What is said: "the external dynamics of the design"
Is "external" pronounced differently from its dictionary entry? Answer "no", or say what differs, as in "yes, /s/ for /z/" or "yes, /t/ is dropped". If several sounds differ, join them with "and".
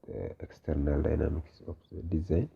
no